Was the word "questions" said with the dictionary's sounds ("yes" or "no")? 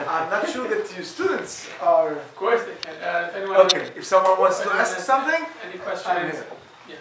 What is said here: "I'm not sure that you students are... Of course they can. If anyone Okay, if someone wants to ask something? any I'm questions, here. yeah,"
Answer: no